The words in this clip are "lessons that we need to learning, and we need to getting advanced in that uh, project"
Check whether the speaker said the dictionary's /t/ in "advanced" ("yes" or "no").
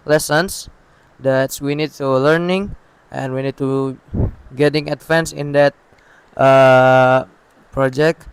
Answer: no